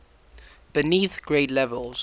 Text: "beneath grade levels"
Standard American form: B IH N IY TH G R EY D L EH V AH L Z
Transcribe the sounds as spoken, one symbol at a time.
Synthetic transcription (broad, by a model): B IH N IY TH G R EY D L EH V AH L Z